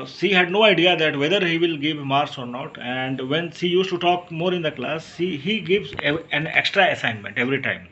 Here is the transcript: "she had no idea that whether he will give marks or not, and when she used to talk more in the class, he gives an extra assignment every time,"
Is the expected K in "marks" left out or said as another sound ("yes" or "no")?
yes